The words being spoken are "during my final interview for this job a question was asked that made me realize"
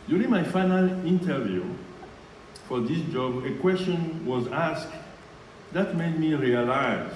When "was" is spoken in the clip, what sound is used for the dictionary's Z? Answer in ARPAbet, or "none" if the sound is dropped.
Z